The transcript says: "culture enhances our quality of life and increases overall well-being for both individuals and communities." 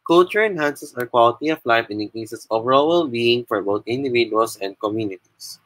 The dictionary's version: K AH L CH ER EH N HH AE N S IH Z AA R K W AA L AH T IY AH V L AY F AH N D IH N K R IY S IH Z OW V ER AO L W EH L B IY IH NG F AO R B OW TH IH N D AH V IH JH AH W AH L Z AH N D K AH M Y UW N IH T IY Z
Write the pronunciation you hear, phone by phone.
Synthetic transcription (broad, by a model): K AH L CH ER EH N HH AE N S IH S AA R K W AA L AH T IY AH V L AY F AH N D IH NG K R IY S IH S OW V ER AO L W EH L B IY IH NG F AO R B OW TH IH N D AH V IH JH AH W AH L S AH N D K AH M Y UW N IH T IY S